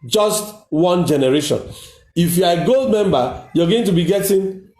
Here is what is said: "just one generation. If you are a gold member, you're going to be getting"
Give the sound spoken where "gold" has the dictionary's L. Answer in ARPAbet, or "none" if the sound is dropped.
L